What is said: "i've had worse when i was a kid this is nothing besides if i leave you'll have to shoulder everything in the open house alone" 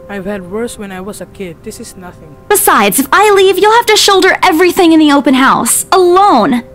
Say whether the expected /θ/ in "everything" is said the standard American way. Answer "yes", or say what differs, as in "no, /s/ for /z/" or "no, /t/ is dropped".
yes